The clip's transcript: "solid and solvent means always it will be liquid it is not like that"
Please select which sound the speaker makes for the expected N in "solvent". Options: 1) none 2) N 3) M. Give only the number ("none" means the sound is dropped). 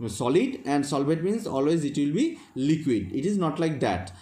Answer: 1